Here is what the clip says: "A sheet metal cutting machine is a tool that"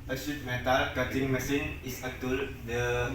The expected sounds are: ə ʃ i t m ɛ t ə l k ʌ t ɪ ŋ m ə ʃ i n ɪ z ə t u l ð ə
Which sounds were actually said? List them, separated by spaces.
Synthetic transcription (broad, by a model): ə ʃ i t m ɛ t ə l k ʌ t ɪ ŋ m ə s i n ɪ s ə t u l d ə